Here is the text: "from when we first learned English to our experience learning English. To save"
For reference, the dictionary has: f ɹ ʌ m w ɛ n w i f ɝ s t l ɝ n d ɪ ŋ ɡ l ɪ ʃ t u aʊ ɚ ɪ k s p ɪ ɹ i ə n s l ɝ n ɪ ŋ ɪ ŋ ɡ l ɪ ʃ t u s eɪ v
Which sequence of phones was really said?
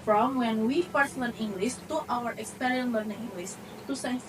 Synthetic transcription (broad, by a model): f ɹ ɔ m w ɛ n w i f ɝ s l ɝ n ɪ ŋ ɡ l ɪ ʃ t u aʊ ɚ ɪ k s p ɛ ɹ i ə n l ɝ n ɪ ŋ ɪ ŋ ɡ l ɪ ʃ t u s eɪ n